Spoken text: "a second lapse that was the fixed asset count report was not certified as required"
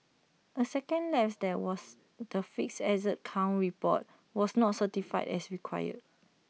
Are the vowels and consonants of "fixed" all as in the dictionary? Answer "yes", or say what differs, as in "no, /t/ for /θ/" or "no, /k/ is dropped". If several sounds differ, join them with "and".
no, /t/ is dropped